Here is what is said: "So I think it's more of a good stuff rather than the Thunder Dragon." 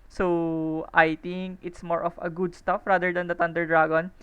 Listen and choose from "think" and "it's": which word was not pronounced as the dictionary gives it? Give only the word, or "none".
think